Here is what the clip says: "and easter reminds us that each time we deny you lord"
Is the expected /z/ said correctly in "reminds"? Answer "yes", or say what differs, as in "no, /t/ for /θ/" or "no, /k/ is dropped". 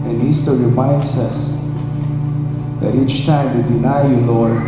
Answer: no, /s/ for /z/